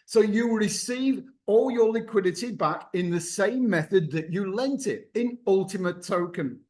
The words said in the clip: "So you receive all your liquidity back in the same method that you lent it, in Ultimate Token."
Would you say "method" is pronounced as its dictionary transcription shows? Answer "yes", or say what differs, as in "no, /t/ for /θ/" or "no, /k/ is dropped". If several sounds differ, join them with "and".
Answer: yes